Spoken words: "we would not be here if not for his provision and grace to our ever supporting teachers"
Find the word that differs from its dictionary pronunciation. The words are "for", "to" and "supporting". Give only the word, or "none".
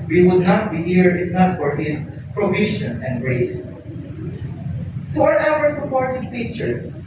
to